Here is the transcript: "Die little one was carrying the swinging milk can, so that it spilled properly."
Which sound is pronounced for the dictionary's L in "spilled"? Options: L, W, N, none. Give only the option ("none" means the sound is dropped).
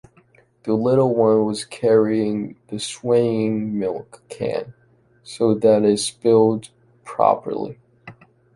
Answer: L